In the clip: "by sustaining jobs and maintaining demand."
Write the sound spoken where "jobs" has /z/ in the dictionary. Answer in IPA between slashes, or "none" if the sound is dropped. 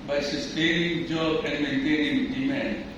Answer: none